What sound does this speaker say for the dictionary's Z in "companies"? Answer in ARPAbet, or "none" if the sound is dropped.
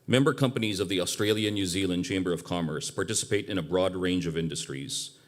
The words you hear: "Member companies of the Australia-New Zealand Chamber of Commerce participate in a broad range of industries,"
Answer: Z